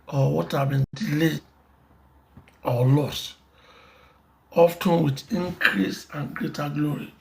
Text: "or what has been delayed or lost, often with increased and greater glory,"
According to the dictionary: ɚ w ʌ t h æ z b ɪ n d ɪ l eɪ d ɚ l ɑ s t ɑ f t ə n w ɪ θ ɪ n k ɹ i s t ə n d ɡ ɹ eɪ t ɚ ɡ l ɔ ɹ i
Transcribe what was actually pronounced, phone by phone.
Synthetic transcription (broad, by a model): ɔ w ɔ t h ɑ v b ɪ n d ɪ l eɪ d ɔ l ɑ s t ɑ f t ə n w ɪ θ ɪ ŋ k ɹ i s ə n ɡ ɹ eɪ t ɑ ɡ l ɔ ɹ i